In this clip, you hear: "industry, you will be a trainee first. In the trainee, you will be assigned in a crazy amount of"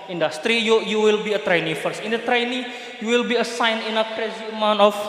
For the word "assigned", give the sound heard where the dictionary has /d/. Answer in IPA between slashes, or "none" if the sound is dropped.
none